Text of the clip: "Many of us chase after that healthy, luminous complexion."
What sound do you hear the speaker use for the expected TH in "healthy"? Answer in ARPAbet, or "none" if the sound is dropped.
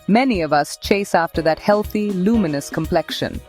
TH